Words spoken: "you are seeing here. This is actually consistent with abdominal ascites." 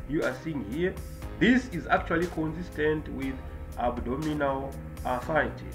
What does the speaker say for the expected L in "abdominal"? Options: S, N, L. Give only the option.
L